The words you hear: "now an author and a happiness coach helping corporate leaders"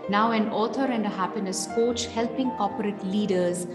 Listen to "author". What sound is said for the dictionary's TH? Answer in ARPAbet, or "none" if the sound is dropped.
T